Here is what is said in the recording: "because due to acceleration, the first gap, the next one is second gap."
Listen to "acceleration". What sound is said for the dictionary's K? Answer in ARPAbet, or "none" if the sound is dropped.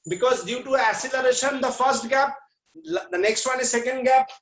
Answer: none